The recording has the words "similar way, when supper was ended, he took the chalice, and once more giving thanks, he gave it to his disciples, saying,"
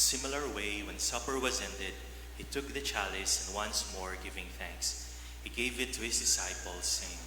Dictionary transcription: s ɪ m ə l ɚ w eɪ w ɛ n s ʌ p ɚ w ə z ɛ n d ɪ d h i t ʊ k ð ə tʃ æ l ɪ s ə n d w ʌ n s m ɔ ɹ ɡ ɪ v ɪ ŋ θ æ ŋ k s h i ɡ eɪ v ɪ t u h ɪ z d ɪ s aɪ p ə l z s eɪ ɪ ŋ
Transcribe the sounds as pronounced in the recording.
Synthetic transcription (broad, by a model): s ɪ m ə l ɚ w eɪ w ɛ n s ʌ p ɚ w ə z ɛ n d ɪ d h i t ʊ k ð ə tʃ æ l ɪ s ə n d w ʌ n s m ɔ ɹ ɡ ɪ v ɪ ŋ θ æ ŋ k s h i ɡ eɪ v ɪ t u h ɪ s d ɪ s aɪ p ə l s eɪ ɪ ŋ